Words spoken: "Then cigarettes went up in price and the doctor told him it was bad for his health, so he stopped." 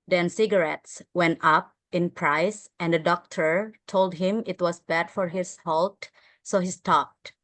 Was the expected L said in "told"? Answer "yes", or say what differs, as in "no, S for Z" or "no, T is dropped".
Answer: yes